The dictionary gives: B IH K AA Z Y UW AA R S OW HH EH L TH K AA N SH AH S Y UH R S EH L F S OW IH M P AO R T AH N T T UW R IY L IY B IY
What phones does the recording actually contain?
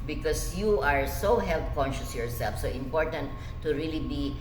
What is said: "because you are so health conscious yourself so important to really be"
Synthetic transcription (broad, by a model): B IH K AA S Y UW AA R S OW HH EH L T K AA N SH AH S Y UH R S EH L F S OW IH M P AO R T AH N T T UW R IY L IY B IY